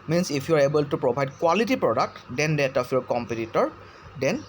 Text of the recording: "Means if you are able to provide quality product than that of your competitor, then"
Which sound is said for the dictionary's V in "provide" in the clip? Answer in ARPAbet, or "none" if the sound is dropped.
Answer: B